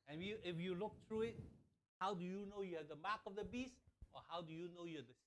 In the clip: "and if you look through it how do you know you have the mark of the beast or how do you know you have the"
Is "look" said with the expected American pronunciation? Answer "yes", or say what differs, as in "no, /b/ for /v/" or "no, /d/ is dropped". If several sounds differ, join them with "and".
yes